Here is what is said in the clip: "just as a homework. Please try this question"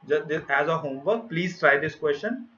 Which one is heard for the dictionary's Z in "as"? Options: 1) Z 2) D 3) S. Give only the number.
1